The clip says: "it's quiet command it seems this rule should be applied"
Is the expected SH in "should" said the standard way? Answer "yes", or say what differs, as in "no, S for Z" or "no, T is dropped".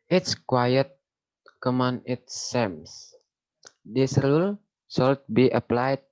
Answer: no, S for SH